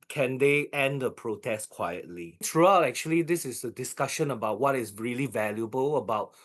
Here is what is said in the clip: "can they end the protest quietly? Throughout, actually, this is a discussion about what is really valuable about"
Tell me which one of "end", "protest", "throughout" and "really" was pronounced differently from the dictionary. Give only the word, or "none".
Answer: throughout